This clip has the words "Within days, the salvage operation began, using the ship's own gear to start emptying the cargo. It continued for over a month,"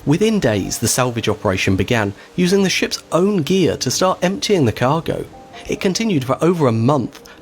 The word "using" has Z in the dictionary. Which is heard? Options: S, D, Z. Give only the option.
Z